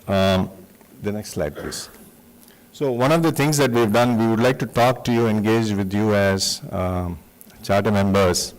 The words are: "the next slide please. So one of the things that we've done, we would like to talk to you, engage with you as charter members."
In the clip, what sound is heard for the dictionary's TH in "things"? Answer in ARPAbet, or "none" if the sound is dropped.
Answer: T